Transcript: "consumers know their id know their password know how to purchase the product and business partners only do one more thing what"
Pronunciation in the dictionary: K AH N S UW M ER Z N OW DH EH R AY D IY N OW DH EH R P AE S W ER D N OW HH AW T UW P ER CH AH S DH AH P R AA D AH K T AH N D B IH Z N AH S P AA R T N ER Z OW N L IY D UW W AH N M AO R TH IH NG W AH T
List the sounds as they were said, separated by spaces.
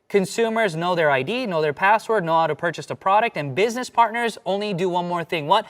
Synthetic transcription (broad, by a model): K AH N S UW M ER Z N OW DH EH R AY D IY N OW DH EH R P AE S W ER D N OW HH AW T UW P ER CH AH S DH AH P R AA D AH K T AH N B IH Z N AH S P AA R T N ER Z OW N L IY D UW W AH N M AO R TH IH NG W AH T